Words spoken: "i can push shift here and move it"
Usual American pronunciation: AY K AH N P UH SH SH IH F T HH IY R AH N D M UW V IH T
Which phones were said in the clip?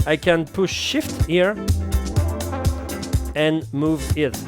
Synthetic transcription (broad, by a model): AY K AH N P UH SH SH IH F T HH IY R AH N M UW V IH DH